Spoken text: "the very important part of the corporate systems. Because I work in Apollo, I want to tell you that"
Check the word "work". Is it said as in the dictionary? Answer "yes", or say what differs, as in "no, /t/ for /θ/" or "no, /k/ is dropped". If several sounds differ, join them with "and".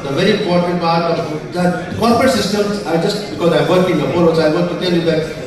yes